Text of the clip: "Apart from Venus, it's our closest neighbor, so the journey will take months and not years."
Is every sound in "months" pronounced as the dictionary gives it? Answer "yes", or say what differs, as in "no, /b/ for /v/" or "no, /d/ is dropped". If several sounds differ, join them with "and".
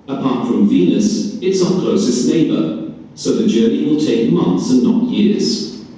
yes